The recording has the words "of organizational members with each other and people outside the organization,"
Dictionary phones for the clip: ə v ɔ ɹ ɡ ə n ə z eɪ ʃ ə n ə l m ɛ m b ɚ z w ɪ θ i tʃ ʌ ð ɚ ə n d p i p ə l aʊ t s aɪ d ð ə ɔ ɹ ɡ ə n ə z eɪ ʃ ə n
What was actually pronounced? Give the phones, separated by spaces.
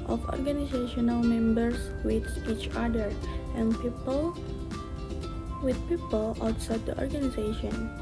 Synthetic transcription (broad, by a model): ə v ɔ ɹ ɡ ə n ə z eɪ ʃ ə n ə l m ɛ m b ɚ s w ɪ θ i tʃ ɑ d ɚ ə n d p i p ə l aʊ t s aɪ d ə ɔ ɹ ɡ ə n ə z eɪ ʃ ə n